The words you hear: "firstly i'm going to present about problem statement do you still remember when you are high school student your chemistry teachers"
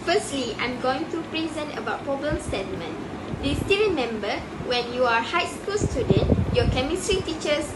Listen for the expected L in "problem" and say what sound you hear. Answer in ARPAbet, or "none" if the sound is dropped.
none